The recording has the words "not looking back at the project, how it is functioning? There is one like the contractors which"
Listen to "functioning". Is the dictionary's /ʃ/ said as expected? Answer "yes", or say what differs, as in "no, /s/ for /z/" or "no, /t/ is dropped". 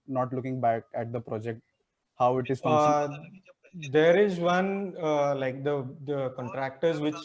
no, /ʃ/ is dropped